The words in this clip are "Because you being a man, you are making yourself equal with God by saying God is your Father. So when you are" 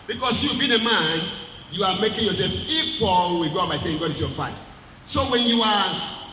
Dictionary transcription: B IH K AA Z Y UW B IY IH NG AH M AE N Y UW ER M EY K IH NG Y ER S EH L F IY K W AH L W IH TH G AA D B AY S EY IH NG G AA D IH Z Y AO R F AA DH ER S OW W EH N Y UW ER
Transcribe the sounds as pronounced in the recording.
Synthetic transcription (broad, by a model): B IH K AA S Y UW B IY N AH M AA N Y UW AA M EY K IH NG Y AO S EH L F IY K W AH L W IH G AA B AY S EY IH NG G AA D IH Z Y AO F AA IH S OW W EH N Y UW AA